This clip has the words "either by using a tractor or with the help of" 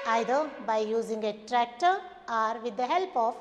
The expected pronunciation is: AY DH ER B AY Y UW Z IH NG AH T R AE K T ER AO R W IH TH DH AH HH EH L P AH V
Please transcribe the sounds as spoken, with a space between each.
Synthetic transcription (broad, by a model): AY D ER B AY Y UW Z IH NG AH T R AE K T ER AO R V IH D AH HH EH L P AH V